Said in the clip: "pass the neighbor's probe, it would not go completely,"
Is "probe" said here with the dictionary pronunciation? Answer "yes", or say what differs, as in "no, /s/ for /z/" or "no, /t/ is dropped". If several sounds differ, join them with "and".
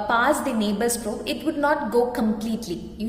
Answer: no, /b/ is dropped